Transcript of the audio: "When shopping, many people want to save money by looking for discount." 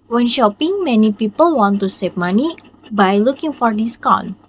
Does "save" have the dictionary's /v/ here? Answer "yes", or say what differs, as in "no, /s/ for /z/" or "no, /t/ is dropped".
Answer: no, /p/ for /v/